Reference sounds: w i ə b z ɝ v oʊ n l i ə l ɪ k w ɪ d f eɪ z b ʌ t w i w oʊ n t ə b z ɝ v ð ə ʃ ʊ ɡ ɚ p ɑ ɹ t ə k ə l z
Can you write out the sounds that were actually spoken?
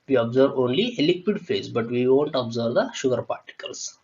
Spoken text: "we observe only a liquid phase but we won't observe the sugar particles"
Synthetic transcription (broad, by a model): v i ə b z ɝ v oʊ n l i ə l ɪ k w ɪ d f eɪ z b ʌ t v i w oʊ n t ə b z ɝ v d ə ʃ ʊ ɡ ɚ p ɑ ɹ t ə k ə l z